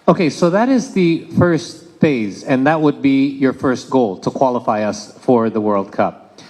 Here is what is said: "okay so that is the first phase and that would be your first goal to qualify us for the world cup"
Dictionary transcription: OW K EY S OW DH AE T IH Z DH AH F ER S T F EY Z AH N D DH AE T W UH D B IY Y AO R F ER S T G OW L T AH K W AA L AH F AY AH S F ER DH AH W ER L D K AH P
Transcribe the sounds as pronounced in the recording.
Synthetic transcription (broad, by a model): OW K EY S OW DH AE T IH Z DH AH F ER S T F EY Z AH N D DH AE T W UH D B IY Y AO R F ER S T G OW L T AH K W AA L AH F AY AH S F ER DH AH W ER L D K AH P